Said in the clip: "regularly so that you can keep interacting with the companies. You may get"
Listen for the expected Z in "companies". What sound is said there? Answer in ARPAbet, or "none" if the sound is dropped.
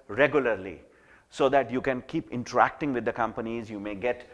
Z